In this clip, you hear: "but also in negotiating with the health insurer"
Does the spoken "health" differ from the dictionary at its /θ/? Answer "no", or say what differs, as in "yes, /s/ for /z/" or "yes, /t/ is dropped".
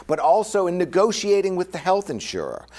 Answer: no